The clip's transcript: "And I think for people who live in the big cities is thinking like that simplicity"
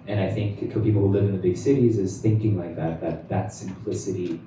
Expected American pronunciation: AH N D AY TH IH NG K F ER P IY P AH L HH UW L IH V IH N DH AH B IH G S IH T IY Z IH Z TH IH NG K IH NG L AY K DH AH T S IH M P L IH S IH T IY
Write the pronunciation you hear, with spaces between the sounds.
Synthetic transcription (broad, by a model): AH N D AY TH IH NG K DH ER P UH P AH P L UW L IH V IH N DH AH B IH G S IH T IY Z IH Z TH IH NG K IH NG L AY K DH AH T S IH M P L IH S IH T IY